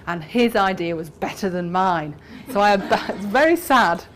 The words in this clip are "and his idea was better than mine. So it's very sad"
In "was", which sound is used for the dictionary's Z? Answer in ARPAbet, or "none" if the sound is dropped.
Z